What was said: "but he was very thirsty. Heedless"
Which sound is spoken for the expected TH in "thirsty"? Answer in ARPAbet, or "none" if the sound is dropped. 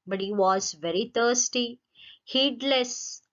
T